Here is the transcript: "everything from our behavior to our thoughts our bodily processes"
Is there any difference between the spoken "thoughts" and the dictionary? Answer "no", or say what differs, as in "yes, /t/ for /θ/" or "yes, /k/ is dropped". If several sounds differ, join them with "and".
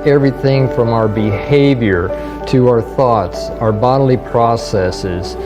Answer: no